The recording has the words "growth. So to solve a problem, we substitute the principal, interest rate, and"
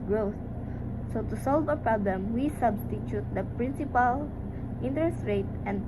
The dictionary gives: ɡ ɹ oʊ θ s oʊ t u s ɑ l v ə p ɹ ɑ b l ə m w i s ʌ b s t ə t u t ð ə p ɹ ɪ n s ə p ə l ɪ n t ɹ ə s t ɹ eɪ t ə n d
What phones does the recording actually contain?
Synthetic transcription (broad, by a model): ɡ ɹ oʊ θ s oʊ t u s ɑ l v ə p ɹ ɑ b l ə m w i s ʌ b s t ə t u t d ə p ɹ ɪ n s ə p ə l ɪ n t ɹ ə s t ɹ eɪ t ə n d